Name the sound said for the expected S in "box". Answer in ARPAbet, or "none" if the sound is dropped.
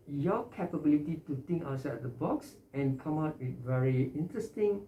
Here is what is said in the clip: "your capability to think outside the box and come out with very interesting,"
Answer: S